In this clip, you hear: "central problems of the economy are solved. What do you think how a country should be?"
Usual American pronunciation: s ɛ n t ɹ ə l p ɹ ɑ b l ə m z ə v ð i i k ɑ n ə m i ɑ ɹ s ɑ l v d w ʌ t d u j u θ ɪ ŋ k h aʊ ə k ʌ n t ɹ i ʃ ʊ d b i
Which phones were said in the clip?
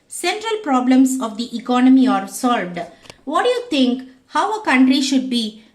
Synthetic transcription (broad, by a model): s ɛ n t ɹ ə l p ɹ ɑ b l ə m s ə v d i i k ɑ n ə m i ɑ ɹ s ɑ l v d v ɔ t d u j u t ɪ ŋ k h aʊ ə k ʌ n t ɹ i ʃ ʊ d b i